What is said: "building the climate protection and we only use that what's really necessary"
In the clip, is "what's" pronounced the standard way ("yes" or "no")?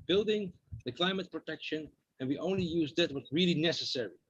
no